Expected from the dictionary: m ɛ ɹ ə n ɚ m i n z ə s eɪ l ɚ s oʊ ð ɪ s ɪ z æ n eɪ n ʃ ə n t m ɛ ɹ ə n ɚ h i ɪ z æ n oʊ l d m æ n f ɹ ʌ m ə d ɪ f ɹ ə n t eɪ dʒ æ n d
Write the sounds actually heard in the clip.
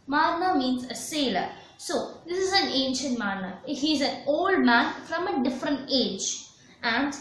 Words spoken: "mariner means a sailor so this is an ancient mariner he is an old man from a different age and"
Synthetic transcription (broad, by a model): m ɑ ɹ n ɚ m i n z ə s eɪ l ɚ s oʊ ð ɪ s ɪ z æ n eɪ n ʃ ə n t m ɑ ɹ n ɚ h i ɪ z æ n oʊ l d m æ n f ɹ ʌ m ə d ɪ f ɹ ə n t eɪ dʒ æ n d